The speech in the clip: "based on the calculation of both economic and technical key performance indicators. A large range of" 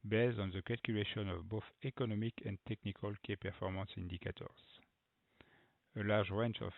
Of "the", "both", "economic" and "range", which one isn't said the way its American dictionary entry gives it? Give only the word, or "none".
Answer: range